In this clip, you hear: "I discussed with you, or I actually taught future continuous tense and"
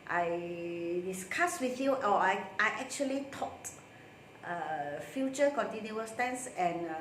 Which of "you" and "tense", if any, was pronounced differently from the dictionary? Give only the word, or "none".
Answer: none